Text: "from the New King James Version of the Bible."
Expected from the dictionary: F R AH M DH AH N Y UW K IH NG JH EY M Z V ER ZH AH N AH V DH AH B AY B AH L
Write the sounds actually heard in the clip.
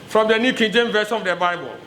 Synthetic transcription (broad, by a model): F R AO M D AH N Y UW K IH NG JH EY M V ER SH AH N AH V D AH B AY B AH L